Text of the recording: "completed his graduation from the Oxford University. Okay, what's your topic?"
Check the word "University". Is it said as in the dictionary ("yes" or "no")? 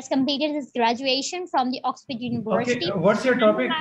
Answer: no